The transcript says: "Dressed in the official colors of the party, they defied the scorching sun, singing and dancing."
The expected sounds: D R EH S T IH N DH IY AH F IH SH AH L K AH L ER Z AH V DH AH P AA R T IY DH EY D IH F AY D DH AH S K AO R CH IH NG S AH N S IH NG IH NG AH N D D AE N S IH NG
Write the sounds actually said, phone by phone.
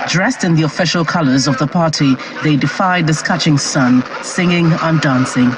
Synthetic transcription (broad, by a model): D R EH S T IH N DH IY AH F IH SH AH L K AH L ER Z AH V DH AH P AA R T IY DH EY D IH F AY D DH AH S K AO CH IH NG S AH N S IH NG IH NG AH N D D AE N S IH NG